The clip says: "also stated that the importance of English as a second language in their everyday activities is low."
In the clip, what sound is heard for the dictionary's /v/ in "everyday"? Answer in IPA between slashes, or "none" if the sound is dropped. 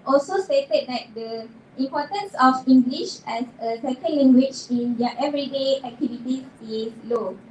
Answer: /v/